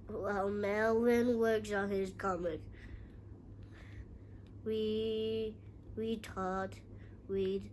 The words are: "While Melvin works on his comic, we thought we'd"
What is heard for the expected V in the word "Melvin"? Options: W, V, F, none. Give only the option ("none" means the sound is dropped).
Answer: W